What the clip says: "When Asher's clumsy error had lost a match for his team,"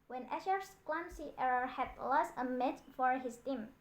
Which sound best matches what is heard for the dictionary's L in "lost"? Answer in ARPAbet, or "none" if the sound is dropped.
L